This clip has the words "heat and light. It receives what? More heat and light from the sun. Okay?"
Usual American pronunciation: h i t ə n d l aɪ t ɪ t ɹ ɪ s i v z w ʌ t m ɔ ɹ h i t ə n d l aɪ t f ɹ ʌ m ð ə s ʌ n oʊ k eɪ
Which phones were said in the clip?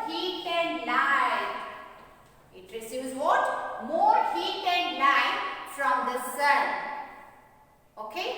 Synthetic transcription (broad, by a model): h i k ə n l aɪ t ɪ t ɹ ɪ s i z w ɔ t m ɔ ɹ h i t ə n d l aɪ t f ɹ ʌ m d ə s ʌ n oʊ k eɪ